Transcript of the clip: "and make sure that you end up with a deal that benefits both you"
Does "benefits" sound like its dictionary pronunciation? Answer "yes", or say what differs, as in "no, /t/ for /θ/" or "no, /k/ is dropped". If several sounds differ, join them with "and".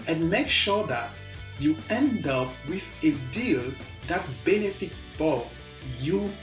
no, /s/ is dropped